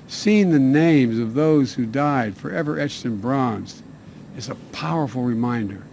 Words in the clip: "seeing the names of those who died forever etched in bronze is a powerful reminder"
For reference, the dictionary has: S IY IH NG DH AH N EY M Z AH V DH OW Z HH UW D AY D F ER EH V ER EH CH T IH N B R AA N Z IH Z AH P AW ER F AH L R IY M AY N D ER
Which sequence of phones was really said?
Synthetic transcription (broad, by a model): S IY IH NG DH AH N EY M Z AH V DH OW Z HH UW D AY D F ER EH V ER EH CH T IH N B R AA N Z IH Z AH P AW ER F L R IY M AY N D ER